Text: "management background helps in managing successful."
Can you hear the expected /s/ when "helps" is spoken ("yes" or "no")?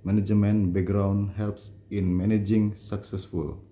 yes